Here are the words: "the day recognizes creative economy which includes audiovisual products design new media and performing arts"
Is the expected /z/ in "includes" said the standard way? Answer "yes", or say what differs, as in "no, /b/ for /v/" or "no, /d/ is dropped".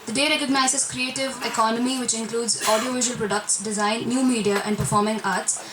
yes